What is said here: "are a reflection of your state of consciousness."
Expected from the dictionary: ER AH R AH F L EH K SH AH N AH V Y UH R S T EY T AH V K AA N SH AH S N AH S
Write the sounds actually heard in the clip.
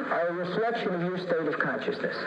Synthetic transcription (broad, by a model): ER AH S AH L EH K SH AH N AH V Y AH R S T EY T AH V K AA N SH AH S N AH S